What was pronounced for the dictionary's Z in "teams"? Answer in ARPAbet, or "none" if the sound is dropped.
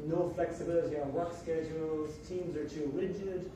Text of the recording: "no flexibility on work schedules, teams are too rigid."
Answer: Z